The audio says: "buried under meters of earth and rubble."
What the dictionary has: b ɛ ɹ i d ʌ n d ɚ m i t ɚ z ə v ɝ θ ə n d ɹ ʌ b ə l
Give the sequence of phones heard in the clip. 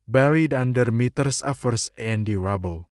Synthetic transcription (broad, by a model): b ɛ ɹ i d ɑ n d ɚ m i t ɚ s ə f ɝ s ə n d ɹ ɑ b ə l